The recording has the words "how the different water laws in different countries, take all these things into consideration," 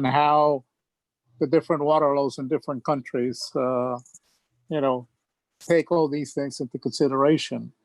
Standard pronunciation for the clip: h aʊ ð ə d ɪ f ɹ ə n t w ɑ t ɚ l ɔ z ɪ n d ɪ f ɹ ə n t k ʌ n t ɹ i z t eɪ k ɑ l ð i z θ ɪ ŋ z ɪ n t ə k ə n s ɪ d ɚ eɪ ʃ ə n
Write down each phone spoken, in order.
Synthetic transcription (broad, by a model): h aʊ ð ə d ɪ f ɹ ə n t w ɑ t ɚ l ɔ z ɪ n d ɪ f ɹ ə n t k ʌ n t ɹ i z t eɪ k ɑ l ð i z θ ɪ ŋ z ɪ n t ə k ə n s ɪ d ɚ eɪ ʃ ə n